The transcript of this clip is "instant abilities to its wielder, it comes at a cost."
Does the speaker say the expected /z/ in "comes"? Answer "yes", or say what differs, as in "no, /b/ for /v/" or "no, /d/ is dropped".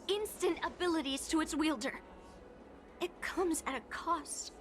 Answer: yes